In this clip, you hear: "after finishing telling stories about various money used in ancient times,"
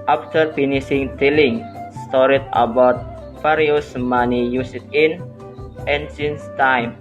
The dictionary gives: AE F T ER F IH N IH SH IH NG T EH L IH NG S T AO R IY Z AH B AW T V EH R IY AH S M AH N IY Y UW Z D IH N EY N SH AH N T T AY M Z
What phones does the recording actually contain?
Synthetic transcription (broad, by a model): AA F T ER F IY N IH S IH NG T EH L IH NG S T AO R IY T AH B AW T F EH R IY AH S M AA N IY Y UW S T IH N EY N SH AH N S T AY M